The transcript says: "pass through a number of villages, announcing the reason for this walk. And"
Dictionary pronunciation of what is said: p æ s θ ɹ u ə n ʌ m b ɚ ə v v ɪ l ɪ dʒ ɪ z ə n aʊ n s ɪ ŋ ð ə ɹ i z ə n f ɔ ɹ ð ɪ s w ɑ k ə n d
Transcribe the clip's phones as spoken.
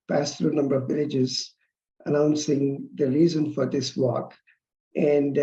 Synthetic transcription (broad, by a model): p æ s t ɹ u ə n ʌ m b ɚ ə v v ɪ l ɪ dʒ ɪ z ə n aʊ n s ɪ ŋ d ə ɹ i z ə n f ɔ ɹ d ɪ s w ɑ k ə n d